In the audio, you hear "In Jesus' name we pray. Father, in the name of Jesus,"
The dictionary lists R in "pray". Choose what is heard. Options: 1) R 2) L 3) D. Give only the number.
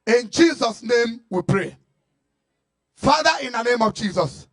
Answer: 1